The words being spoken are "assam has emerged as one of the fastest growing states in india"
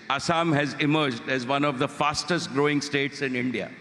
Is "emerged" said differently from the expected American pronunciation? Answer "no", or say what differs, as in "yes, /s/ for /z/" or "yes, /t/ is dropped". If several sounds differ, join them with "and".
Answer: no